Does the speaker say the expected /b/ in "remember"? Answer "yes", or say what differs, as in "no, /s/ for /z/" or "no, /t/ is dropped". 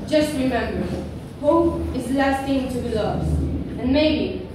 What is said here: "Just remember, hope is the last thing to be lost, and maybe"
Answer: yes